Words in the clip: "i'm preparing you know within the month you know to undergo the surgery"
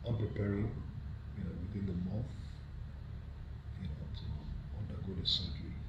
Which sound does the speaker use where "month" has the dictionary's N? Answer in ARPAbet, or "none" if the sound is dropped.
none